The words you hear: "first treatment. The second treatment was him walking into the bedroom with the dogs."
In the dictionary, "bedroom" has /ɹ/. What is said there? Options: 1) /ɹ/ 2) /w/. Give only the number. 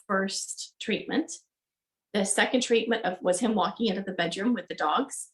1